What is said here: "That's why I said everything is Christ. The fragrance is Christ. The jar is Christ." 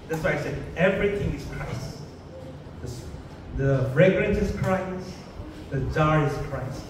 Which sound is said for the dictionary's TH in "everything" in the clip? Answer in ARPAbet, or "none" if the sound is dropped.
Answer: T